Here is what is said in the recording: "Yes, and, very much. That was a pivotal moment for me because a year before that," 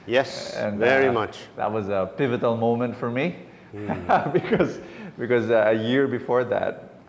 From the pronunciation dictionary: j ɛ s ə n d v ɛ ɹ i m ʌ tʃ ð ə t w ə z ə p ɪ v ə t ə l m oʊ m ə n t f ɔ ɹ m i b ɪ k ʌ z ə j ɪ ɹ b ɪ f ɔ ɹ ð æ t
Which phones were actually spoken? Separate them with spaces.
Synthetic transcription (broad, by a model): j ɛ s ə n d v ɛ ɹ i m ʌ tʃ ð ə t w ə z ə p ɪ v ə t ə l m oʊ m ə n t f ɔ ɹ m i b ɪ k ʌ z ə j ɪ ɹ b ɪ f ɔ ɹ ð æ t